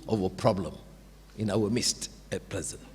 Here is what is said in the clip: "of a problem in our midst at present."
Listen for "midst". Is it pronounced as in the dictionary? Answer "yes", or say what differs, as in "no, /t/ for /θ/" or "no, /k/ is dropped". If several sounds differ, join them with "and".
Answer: yes